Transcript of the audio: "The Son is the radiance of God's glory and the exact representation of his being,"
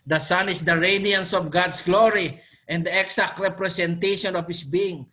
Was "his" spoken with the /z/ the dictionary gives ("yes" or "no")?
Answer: no